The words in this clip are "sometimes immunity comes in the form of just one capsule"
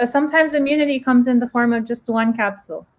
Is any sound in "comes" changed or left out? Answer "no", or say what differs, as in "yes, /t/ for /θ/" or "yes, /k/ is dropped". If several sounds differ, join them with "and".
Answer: no